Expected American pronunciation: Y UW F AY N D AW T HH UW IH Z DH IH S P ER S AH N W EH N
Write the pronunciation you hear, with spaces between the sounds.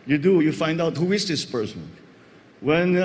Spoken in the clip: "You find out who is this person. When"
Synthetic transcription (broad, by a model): Y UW F AY N D AW T HH UW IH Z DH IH S P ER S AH N W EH N